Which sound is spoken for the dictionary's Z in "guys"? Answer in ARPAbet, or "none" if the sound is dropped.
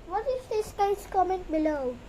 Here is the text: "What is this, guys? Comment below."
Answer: S